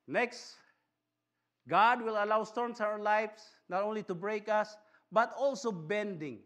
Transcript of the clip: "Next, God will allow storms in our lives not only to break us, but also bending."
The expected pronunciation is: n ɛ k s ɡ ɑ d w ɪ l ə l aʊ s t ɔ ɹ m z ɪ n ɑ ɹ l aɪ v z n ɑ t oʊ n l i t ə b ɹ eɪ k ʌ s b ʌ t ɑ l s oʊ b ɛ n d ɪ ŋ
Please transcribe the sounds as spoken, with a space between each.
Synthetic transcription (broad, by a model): n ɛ k s ɡ ɑ d w ɪ l ə l aʊ s t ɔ ɹ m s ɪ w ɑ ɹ l aɪ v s n ɑ t oʊ n l i t ə b ɹ eɪ k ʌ s b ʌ t ɑ l s oʊ b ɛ n d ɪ ŋ